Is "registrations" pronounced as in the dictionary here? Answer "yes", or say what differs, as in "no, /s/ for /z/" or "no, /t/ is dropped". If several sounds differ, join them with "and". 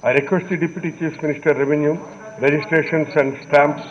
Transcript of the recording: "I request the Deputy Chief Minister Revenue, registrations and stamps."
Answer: no, /s/ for /z/